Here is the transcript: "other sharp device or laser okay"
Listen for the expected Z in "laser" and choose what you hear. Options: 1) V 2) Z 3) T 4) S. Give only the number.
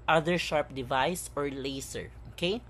4